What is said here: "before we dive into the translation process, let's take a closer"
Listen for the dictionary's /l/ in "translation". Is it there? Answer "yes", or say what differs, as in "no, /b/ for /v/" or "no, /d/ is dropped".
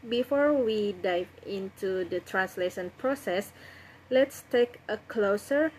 yes